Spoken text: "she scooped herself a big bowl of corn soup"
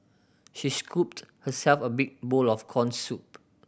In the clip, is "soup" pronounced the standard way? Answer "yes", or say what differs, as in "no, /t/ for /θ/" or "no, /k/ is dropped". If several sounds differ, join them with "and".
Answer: yes